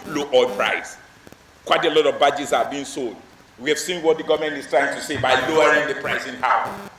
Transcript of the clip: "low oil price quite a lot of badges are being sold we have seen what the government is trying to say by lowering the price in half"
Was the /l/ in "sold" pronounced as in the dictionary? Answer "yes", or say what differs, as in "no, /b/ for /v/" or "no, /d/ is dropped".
yes